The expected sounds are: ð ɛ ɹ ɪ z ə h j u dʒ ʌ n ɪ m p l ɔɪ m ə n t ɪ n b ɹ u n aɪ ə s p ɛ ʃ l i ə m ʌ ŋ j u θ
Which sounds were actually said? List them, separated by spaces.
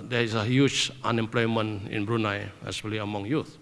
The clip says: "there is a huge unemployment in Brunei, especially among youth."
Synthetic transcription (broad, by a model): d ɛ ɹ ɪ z ə h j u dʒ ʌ n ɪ m p l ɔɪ m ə n ɪ n b ɹ u n aɪ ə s ɛ l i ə m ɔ ŋ j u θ